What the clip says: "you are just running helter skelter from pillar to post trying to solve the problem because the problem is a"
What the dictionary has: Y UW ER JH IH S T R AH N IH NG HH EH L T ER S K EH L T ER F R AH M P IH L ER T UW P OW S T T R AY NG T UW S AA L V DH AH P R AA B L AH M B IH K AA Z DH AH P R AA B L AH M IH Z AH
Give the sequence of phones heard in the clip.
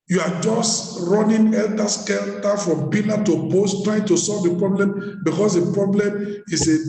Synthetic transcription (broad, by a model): Y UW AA JH IH S T R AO N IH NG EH L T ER S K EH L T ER F R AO M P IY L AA T UW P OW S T T R AY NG T UW S AA L V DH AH P R AA B L AH M B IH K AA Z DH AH P R AA B L AH M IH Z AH